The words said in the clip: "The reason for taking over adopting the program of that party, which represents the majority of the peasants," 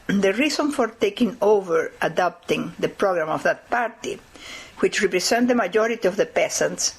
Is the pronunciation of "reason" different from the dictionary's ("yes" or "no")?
yes